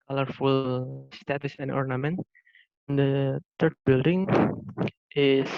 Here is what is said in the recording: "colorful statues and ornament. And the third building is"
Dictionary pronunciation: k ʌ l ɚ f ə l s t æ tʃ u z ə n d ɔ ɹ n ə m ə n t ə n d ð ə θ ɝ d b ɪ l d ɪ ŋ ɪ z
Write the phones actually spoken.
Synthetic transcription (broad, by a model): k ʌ l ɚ f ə l s t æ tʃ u s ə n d ɔ ɹ n ə m ə n t ə n d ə t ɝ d b ɪ l d ɪ ŋ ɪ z